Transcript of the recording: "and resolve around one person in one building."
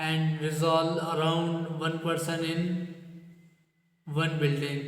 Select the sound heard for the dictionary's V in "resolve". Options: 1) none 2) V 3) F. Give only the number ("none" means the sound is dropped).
1